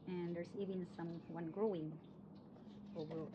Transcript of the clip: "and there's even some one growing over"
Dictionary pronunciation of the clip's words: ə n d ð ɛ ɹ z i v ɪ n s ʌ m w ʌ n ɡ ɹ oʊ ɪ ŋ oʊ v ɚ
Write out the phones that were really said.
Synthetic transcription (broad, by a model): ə n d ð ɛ ɹ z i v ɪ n s ʌ m w ʌ n ɡ ɹ oʊ ɪ ŋ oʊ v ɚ